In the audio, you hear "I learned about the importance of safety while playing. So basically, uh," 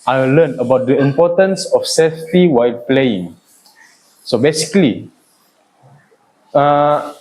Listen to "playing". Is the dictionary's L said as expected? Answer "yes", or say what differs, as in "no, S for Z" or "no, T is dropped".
yes